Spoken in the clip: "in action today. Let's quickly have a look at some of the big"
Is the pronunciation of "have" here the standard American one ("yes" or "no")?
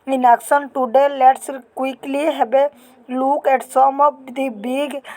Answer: no